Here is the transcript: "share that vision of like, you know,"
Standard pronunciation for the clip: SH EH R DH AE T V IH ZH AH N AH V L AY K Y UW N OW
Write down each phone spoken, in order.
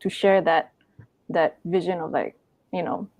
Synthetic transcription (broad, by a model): SH EH R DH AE T V IH ZH AH N AH V L AY K Y UW N OW